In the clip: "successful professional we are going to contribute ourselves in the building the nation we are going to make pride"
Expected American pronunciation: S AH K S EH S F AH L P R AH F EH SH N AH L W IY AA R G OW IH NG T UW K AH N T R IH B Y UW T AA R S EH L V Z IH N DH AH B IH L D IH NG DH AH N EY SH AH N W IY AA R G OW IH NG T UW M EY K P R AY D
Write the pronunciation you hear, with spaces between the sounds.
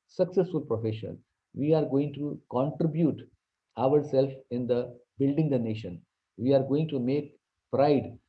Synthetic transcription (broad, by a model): S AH K S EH S F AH L P R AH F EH SH AH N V IY AA R G OW IH NG T UW K AH N T R IH B Y UW T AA R S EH L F IH N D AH B IH L D IH NG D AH N EY SH AH N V IY AA R G OW IH NG T UW M EY K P R AY D